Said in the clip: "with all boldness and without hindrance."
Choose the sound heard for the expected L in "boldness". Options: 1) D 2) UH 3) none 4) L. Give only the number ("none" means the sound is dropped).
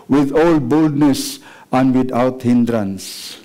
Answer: 4